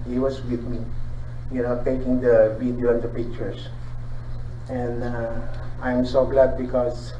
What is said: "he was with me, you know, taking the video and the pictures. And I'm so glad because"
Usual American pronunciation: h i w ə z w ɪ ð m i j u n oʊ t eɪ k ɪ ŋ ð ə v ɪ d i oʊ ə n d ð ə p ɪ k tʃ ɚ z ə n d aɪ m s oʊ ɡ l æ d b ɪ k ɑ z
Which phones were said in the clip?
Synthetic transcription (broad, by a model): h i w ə s w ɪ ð m i j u n oʊ t eɪ k ɪ ŋ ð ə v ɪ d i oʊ ə n d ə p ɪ k tʃ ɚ s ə n d aɪ m s oʊ ɡ l æ d b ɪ k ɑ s